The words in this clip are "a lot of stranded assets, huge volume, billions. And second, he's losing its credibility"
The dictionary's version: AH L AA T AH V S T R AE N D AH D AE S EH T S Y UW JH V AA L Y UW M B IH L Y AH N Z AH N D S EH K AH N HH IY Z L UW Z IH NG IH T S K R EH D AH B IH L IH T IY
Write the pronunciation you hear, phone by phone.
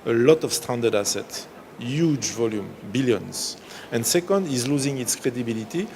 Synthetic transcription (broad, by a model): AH L AA T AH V S T AE N D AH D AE S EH T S Y UW JH V AA L Y UW M B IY L Y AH N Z AH N D S EH K AH N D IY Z L UW Z IH NG IH T S K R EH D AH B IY L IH T IY